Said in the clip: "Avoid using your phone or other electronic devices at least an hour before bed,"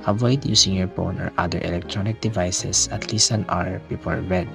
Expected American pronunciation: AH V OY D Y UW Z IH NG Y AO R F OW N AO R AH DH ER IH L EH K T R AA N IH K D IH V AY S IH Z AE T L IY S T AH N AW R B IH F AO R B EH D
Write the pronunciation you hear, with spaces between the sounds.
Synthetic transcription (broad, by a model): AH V OY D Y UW S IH NG Y AO R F OW N AO R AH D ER IH L EH K T R AA N IH K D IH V AY S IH S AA T L IY S T AH N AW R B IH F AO R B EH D